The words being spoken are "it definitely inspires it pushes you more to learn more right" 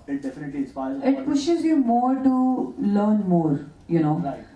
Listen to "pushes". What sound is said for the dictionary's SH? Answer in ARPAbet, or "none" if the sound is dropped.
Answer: SH